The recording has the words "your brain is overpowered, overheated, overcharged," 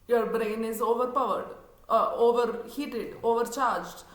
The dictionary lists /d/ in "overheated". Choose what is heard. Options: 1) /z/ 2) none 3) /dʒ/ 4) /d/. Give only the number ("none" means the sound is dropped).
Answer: 4